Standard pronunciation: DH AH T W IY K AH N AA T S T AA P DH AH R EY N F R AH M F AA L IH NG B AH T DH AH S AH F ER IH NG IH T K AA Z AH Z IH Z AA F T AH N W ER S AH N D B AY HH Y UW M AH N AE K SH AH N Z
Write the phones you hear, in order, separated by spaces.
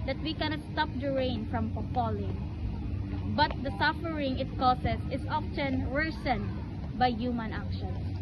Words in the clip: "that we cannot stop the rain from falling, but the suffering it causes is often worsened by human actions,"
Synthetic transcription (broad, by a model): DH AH T W IY K AH N AA T S T AA P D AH R EY N F R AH M P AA L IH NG B AH T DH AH S AH F ER IH NG IH T K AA S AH S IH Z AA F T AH N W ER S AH N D B AY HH Y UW M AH N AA K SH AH N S